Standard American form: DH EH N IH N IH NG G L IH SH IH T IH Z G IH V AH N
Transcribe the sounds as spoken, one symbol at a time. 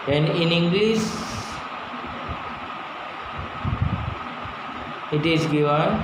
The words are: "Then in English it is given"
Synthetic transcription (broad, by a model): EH N IH N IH NG G L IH S IH T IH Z G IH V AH N